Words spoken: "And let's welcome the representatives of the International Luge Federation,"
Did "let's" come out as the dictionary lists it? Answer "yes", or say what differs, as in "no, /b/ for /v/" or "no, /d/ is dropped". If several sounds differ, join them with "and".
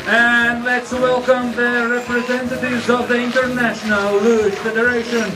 yes